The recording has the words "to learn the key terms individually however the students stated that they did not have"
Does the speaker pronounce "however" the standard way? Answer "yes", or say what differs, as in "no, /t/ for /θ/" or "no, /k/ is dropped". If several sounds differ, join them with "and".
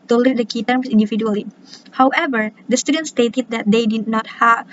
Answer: yes